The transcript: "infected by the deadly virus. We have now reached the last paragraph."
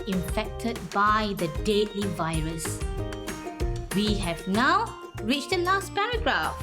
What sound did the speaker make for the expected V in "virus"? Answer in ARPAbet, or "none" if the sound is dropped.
V